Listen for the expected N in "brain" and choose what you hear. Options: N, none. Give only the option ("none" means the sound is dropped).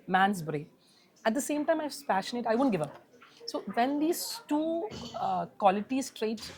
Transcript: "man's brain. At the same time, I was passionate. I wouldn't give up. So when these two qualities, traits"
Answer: none